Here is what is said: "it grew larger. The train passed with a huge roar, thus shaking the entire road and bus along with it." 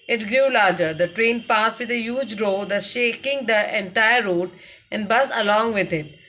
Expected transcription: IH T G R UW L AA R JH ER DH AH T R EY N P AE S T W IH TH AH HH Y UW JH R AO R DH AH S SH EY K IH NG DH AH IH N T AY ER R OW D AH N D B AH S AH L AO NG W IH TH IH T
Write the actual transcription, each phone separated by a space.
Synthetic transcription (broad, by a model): IH T G R UW L AA R JH ER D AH T R EY N P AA S T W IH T AH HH Y UW JH R AO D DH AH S SH EY K IH NG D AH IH N T AY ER R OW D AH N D B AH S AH L AO NG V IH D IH T